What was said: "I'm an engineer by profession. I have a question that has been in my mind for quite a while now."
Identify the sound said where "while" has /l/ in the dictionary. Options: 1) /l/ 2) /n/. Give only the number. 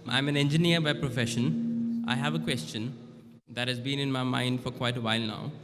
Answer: 1